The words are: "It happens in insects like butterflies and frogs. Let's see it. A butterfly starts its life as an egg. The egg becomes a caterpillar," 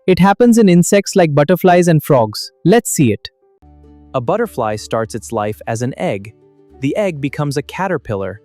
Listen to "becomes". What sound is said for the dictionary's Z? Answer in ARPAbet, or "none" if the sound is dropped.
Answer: Z